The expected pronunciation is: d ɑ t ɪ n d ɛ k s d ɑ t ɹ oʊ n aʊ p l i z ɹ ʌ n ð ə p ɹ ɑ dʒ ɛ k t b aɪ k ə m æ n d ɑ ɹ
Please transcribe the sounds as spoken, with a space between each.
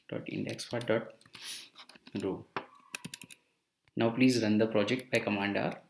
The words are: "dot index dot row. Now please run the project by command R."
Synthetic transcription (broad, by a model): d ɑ t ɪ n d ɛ k s d ɑ t ɹ oʊ n aʊ p l i z ɹ ʌ n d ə p ɹ ɑ dʒ ɛ k t b aɪ k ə m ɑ n d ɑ ɹ